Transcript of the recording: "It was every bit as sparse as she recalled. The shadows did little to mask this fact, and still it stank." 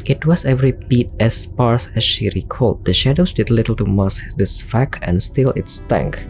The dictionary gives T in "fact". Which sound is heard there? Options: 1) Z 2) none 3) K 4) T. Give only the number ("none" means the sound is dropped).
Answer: 2